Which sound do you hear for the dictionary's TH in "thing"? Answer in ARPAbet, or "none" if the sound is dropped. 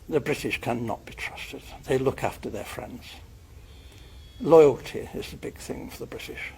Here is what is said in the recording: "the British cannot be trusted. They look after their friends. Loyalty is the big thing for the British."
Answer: TH